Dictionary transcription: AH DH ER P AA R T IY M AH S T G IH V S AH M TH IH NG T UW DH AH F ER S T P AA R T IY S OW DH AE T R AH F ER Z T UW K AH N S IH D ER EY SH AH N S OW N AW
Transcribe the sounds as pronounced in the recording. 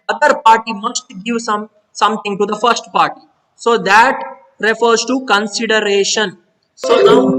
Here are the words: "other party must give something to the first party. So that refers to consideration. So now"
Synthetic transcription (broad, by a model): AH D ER P AA R T IY M AH S T G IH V S AH M T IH NG T UW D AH F ER S T P AA R T IY S OW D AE T R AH F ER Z T UW K AH N S IH D ER EY SH AH N S OW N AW